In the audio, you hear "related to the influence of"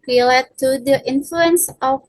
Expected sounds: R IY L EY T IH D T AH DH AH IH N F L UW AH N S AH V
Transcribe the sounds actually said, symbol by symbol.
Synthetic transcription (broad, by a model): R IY L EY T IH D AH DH IH N F L UW AH N S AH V